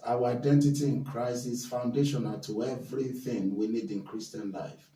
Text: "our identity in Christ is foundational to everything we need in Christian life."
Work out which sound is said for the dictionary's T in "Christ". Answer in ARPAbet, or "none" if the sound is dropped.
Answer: none